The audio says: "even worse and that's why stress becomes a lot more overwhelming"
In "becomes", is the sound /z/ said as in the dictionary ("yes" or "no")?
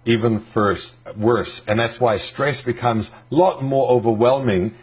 yes